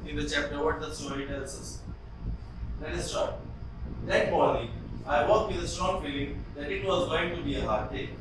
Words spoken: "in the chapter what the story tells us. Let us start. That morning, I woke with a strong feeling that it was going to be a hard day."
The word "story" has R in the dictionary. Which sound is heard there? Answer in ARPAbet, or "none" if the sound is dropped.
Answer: none